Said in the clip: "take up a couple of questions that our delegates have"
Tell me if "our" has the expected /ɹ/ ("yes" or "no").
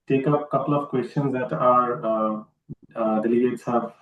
yes